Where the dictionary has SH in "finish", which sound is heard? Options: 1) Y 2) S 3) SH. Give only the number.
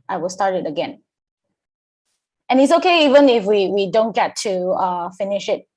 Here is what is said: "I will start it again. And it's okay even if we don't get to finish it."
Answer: 3